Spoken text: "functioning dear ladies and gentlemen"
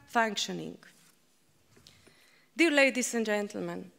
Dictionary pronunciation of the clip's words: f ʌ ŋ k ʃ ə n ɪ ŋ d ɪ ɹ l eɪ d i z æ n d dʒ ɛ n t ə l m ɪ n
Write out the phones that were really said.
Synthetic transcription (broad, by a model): f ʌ ŋ k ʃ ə n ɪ ŋ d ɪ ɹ l eɪ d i s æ n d dʒ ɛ n t l m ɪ n